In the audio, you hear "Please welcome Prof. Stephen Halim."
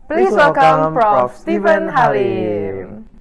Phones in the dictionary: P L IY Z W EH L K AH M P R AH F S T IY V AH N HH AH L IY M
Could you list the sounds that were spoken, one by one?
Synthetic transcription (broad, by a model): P L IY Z W EH L K AH M F R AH S T IY V AH N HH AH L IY